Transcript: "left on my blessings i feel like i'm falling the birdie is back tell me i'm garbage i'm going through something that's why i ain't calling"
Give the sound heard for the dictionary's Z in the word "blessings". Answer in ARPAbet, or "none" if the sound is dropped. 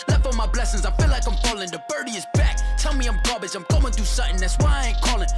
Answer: Z